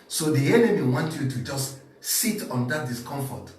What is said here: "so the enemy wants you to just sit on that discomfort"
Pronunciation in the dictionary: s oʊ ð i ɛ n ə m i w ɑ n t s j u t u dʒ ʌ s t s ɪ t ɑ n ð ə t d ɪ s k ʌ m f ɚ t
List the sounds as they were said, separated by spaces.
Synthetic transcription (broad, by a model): s oʊ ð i ɛ n ə m i w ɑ n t j u t u dʒ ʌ s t s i t ɑ n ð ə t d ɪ s k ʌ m f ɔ t